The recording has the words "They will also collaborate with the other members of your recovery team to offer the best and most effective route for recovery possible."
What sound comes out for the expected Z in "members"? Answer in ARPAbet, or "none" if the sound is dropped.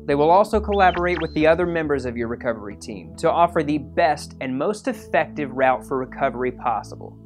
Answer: Z